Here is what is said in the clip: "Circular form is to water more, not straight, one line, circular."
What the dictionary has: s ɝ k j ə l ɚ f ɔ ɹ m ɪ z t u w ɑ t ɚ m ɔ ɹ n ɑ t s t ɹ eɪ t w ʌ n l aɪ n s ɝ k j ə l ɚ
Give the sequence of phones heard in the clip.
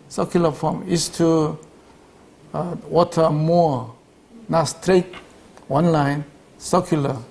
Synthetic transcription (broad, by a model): s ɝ k j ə l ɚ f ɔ m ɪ s t u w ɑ t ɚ m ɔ n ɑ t s t ɹ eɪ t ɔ n l aɪ n s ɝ k j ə l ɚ